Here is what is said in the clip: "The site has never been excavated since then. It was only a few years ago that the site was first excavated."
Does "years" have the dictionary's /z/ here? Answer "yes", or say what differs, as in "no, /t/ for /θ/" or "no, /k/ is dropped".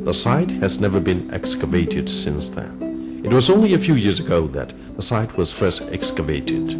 yes